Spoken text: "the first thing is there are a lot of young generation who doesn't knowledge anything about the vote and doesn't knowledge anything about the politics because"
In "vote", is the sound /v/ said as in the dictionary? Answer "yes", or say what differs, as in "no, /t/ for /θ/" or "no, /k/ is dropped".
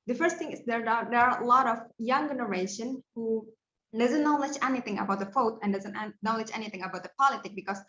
no, /f/ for /v/